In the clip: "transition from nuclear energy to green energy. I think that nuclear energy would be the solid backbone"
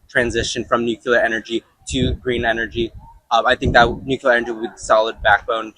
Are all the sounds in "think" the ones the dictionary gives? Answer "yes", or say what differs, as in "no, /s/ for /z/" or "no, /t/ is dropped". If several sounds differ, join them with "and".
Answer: yes